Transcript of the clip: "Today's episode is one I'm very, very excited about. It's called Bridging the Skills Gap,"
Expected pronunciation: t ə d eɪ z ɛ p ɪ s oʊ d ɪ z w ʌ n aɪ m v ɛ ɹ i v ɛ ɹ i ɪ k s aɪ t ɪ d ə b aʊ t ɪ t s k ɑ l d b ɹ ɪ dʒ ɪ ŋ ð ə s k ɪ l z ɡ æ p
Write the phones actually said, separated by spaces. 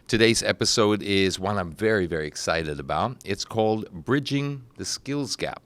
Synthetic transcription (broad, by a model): t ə d eɪ z ɛ p ɪ s oʊ d ɪ z w ʌ n aɪ m v ɛ ɹ i v ɛ ɹ i ɪ k s aɪ t ɪ d ə b aʊ t ɪ t s k ɑ l d b ɹ ɪ dʒ ɪ ŋ ð ə s k ɪ l z ɡ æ p